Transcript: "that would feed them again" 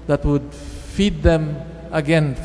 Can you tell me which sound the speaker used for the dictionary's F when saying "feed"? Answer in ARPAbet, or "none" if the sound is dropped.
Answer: F